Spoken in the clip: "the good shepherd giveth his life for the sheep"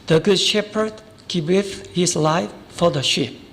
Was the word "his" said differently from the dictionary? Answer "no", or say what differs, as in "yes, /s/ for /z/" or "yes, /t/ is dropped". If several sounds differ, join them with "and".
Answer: yes, /s/ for /z/